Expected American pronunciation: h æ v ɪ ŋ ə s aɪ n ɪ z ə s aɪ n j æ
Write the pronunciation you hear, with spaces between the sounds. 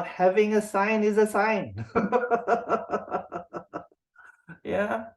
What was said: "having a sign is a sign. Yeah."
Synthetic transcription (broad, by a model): h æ v ɪ ŋ ə s aɪ n ɪ z ə s aɪ n j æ